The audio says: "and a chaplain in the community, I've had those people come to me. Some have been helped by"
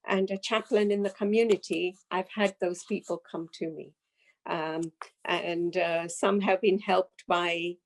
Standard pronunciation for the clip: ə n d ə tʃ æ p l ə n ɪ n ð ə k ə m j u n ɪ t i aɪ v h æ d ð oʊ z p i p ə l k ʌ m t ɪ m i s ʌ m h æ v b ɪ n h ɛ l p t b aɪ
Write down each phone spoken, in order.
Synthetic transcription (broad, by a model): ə n ə tʃ æ p l ə n ɪ n ð ə k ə m j u n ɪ t i aɪ v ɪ d ð oʊ z p i p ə l k ʌ m t ɪ m i s ʌ m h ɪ v b ɪ n h ɛ l p t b aɪ